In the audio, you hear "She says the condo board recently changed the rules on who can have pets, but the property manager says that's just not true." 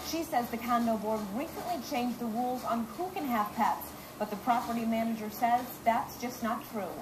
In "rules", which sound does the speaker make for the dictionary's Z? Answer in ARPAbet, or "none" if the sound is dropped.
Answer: Z